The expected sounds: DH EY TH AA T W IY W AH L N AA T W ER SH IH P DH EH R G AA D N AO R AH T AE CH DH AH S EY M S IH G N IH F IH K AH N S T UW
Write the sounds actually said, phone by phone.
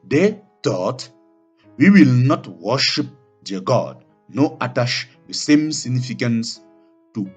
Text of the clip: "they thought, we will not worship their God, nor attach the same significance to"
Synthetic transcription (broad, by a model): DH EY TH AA T W IY W AH L N AA T W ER SH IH P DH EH G AA D N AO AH T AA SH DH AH S EY M S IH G N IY F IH K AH N S T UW